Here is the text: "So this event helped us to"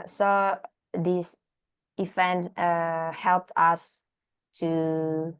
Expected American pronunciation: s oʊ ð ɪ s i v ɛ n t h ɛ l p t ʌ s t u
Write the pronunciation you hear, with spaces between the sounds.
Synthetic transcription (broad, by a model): s oʊ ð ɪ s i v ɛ n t h ɛ l p t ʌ s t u